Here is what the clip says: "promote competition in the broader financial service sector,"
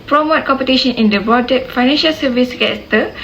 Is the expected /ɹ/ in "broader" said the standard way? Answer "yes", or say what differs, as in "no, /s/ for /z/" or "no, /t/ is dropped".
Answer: no, /ɹ/ is dropped